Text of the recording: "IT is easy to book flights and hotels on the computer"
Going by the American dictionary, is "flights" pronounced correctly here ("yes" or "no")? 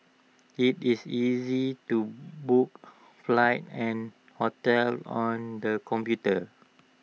no